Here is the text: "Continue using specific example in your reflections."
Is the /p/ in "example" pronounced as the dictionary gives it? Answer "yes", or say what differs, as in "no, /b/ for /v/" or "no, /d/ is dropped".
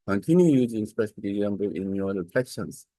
no, /b/ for /p/